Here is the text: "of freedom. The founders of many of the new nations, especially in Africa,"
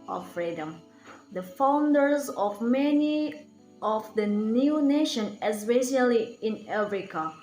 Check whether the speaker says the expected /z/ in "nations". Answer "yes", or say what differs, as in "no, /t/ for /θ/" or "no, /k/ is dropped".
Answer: no, /z/ is dropped